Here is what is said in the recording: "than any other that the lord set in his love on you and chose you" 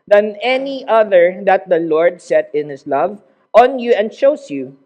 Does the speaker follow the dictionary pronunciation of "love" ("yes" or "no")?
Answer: yes